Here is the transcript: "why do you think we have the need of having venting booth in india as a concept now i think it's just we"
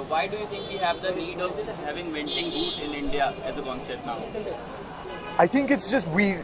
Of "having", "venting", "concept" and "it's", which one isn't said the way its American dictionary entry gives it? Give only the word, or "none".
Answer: concept